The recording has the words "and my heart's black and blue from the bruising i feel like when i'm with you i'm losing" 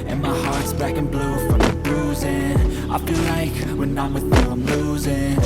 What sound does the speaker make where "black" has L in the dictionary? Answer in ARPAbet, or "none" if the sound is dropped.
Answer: none